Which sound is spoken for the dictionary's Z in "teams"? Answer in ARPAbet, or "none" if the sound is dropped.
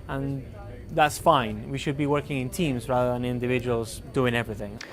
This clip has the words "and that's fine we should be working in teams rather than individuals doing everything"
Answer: Z